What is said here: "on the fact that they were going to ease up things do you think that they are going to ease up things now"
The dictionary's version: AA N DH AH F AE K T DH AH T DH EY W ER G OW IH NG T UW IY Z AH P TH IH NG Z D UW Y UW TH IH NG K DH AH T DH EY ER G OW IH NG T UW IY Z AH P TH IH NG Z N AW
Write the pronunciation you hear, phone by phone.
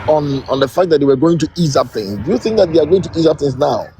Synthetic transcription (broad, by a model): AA N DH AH F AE K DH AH T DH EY W ER G OW IH NG T UW IY Z AH P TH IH NG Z D UW Y UW TH IH NG K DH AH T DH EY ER G OW IH NG T UW IY Z AH P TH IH NG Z N AW